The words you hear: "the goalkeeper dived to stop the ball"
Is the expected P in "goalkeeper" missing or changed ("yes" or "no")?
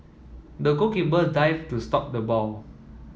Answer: yes